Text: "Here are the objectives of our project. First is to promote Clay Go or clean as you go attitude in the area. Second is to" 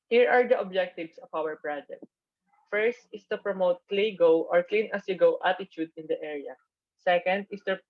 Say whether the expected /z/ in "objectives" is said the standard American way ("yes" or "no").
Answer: no